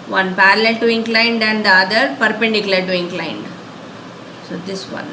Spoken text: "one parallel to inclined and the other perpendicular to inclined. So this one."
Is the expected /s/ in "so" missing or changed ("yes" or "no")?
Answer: no